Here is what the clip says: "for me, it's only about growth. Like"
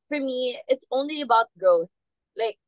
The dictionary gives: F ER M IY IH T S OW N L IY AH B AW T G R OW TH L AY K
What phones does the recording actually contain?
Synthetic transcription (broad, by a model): F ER M IY IH T S OW N L IY AH B AW T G OW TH L AY K